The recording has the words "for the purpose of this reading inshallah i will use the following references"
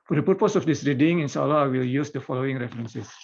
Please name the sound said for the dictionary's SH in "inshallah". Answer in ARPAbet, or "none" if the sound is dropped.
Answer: S